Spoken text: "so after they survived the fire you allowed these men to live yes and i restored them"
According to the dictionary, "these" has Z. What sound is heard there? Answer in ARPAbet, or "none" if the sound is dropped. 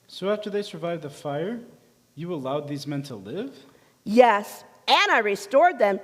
Z